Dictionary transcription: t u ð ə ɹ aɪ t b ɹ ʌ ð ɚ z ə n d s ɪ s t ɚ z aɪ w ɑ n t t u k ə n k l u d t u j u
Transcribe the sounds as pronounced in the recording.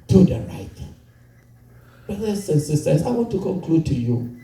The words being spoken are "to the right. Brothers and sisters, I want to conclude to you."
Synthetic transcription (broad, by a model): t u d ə ɹ aɪ t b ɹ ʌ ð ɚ s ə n s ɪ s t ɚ s aɪ w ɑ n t t u k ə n k l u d t u j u